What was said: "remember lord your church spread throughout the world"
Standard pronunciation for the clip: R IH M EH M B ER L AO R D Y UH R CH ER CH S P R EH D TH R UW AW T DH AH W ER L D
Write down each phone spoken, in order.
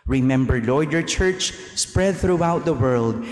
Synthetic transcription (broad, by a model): R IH M EH M B ER L AO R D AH R CH ER CH S P R EH D TH R UW AW T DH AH W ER L D